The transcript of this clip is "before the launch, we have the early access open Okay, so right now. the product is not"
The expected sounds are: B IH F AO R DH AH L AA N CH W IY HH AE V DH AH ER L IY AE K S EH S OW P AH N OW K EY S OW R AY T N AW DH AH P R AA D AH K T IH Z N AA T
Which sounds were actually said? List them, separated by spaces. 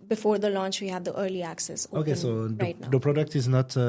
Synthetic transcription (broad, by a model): B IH F AO R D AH L AA N CH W IY HH AE V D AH ER L IY AE K S EH S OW OW K EY S OW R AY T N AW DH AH P R AA D AH K T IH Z N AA T